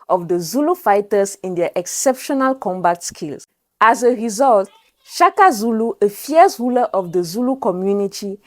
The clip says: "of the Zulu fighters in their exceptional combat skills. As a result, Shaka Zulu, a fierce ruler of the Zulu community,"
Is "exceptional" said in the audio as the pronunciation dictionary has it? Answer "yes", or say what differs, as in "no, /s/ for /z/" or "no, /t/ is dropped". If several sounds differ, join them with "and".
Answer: yes